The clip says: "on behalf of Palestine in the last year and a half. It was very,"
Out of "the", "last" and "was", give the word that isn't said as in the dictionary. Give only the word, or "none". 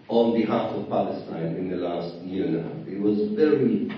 none